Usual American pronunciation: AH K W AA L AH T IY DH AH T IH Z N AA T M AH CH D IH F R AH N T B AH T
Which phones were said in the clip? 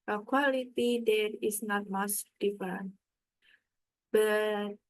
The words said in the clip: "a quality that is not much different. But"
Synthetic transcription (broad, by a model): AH K W AA L AH T IY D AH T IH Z N AA T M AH S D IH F AH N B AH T